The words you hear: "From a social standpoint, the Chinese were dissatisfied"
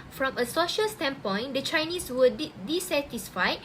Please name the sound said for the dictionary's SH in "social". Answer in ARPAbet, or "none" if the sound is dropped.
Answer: SH